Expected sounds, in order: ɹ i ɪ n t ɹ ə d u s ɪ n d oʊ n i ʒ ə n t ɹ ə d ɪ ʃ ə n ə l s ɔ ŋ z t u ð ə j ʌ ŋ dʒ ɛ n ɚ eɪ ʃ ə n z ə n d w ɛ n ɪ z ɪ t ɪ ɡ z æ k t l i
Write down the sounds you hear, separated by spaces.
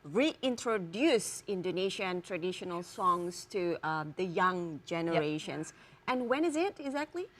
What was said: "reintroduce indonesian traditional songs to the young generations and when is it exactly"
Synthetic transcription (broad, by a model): ɹ i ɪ n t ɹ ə d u s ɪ n d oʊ n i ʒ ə n t ɹ ə d ɪ ʃ ə n ə l s ɔ ŋ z t u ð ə j ʌ ŋ dʒ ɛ n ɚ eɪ ʃ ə n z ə n w ɛ n ɪ z ɪ t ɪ ɡ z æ k t l i